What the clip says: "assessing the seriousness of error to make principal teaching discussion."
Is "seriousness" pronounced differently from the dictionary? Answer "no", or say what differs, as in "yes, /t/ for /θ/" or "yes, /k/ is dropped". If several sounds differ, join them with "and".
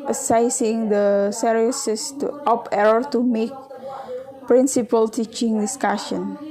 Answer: yes, /n/ is dropped